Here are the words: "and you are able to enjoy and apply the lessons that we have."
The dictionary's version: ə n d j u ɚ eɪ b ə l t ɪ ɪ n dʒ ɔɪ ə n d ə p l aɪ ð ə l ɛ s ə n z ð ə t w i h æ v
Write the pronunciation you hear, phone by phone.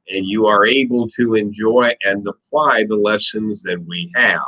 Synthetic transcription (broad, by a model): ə n j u ɚ eɪ b ə l t ɪ ɪ n dʒ ɔɪ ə n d ə p l aɪ ð ə l ɛ s ə n z ð ə t w i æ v